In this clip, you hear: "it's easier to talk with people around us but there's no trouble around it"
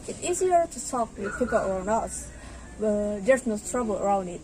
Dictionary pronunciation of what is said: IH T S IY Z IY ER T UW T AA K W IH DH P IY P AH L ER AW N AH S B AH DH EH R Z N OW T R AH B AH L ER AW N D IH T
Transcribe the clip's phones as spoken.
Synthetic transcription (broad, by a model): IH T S IY Z IY ER T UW S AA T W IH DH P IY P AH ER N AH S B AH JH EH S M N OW T R AH B AH L ER AW N D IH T